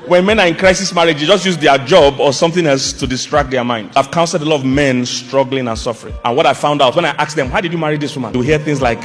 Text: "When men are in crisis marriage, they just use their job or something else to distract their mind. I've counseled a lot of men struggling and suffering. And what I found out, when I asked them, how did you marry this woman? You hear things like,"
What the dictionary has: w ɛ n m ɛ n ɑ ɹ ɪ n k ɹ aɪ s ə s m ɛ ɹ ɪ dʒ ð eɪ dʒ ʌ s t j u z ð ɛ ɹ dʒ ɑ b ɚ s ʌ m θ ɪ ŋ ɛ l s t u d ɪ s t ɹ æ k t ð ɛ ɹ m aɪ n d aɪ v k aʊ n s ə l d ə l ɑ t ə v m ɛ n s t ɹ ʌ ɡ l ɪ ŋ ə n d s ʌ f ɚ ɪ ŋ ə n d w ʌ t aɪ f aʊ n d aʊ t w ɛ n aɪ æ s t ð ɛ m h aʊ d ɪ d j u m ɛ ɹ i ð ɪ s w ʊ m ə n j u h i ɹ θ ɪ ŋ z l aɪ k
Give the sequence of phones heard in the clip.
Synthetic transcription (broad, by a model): w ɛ n m ɛ n ɑ ɹ ɪ n k ɹ aɪ s ə s m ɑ ɹ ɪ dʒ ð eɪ dʒ ʌ s t j u z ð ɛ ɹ dʒ ɑ b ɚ s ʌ m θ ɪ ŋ ɛ l s t u d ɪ s t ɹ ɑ k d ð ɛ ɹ m aɪ n d aɪ v k aʊ n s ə d ə l ɑ t ə v m ɛ n s t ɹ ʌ ɡ l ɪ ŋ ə n s ʌ f ɚ ɪ ŋ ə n w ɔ t aɪ f aʊ n d aʊ t w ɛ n aɪ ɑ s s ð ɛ m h aʊ d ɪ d j u m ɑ ɹ i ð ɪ s w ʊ m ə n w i h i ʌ θ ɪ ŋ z l aɪ k